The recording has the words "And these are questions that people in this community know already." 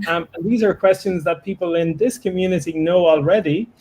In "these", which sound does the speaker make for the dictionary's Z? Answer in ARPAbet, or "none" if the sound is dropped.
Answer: Z